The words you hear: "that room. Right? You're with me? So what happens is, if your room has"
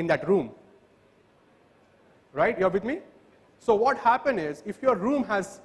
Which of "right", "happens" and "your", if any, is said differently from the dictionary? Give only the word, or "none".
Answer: happens